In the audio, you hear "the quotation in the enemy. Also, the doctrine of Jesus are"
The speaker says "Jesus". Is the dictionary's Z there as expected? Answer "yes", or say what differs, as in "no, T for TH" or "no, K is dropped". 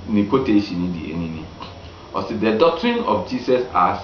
no, S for Z